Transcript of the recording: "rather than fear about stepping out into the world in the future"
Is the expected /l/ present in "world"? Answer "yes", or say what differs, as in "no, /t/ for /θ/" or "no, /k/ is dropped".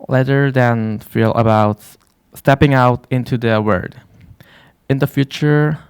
no, /l/ is dropped